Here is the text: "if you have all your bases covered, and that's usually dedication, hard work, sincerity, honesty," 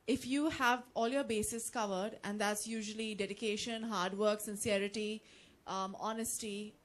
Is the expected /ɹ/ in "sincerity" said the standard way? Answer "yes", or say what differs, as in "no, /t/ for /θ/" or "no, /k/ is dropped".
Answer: yes